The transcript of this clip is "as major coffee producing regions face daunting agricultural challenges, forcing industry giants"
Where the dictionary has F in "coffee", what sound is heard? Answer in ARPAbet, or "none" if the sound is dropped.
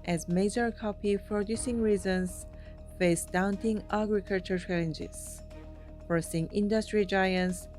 P